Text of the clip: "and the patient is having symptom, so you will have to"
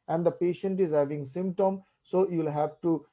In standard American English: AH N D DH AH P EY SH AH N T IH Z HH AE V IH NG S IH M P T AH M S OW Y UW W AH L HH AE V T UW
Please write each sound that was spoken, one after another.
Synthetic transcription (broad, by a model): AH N D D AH P EY SH AH N T IH Z HH AE V IH NG S IH M P T AH M S OW Y UW L HH AE V T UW